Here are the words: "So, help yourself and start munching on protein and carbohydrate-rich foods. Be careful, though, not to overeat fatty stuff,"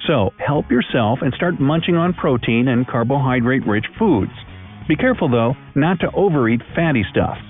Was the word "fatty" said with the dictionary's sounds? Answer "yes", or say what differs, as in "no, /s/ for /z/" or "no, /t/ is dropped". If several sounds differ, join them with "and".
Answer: yes